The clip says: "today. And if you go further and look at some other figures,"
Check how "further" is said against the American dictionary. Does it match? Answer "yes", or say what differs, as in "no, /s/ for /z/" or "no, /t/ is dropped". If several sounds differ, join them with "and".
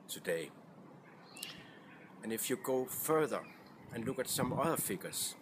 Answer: yes